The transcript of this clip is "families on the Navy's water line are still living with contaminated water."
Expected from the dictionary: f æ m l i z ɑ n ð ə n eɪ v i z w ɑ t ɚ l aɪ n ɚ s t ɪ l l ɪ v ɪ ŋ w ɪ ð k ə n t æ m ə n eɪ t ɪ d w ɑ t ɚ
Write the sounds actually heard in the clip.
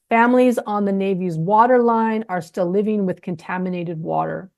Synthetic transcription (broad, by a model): f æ m l i z n ð ə n eɪ v i z w ɑ t ɚ l aɪ n ɚ s t ɪ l l ɪ v ɪ ŋ w ɪ ð k ə n t æ m ə n eɪ t ɪ d w ɑ t ɚ